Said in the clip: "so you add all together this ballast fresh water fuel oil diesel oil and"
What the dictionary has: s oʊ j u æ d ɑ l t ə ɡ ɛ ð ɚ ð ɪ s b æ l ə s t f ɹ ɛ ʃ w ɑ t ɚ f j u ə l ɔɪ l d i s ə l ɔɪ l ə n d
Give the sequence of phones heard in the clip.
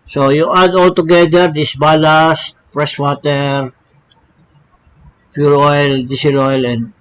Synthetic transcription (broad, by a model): s oʊ j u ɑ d ɑ l t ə ɡ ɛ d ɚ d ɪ s b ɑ l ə s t p ɹ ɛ s w ɑ t ɚ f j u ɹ ɔɪ l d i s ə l ɔɪ l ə n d